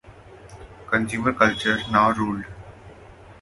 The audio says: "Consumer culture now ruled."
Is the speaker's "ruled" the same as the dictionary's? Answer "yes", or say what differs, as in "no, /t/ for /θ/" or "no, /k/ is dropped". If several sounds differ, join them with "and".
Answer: yes